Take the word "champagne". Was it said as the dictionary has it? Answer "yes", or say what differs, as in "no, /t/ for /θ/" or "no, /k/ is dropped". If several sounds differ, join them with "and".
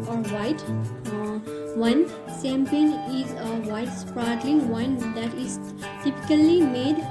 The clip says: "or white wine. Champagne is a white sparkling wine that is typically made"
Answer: no, /s/ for /ʃ/